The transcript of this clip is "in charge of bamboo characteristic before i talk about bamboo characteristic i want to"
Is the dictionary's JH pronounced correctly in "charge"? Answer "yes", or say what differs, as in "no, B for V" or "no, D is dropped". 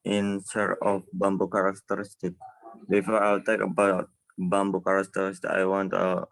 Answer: no, JH is dropped